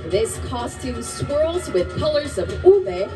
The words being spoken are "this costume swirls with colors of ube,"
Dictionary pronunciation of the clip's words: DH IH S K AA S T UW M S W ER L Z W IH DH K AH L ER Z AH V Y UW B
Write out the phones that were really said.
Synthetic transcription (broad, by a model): DH IH S K AA S T UW M S W ER L Z W IH DH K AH L ER Z AH V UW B